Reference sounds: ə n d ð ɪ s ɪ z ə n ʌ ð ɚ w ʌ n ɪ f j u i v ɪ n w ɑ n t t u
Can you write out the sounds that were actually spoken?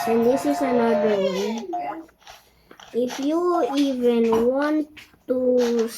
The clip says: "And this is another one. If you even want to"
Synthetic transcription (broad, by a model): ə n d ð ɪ s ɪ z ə n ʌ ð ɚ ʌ ɪ f j u i v ɪ n w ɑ n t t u